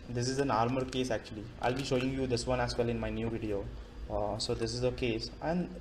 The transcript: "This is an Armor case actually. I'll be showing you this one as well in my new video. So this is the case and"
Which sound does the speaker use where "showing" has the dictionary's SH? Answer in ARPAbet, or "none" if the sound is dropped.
SH